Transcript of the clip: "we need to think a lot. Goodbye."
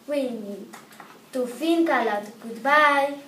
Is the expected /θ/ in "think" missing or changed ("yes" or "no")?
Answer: yes